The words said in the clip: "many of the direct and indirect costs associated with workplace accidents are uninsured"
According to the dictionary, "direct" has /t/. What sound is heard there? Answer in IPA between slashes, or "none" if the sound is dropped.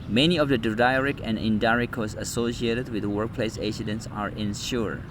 none